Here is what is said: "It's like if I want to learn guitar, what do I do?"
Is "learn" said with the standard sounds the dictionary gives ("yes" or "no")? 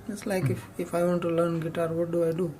yes